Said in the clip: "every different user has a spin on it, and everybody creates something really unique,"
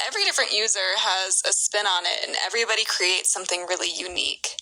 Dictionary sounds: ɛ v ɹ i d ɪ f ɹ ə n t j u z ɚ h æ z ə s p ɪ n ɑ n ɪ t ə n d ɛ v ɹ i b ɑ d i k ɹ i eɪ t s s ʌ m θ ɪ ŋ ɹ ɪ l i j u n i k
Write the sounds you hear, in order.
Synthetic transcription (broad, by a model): ɛ v ɹ i d ɪ f ɹ ə n t j u z ɚ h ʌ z ə s p ɪ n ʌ n ɪ t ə n ɛ v ɹ i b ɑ d i k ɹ i eɪ t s s ʌ m θ ɪ ŋ ɹ ɪ l i j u n i k